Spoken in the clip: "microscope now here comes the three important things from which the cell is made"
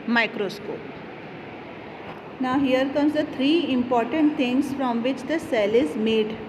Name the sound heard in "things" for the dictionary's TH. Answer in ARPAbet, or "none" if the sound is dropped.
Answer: T